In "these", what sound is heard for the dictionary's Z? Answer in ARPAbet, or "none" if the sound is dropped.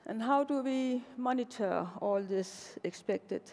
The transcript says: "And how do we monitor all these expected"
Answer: S